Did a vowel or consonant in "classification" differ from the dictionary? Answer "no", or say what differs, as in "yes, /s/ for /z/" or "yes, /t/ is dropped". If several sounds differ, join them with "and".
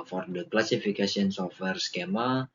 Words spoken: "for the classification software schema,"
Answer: yes, /s/ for /ʃ/